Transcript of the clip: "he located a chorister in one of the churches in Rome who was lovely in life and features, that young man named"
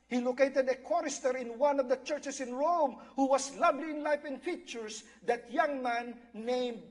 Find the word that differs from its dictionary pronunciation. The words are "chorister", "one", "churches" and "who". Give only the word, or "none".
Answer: churches